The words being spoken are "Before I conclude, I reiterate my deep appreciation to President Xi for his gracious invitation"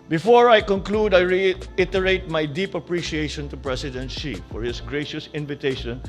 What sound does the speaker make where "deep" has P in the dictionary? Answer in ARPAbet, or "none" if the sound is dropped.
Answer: P